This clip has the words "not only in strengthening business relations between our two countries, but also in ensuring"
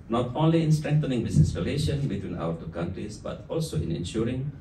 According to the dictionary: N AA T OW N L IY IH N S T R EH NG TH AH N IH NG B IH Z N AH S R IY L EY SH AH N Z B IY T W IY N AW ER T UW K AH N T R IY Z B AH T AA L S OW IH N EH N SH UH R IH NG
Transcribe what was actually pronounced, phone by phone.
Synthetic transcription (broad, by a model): N AA T OW N L IY IH N S T R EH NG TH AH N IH NG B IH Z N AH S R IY L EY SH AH N B IY T W IY N AW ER T UW K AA N T R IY S B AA T AA L S OW IH N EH N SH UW R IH NG